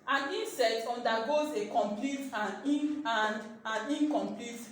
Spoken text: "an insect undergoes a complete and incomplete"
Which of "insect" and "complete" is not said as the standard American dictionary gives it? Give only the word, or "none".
insect